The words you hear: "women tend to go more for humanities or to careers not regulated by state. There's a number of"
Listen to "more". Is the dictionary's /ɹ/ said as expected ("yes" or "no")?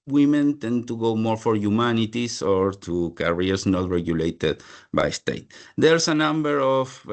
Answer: yes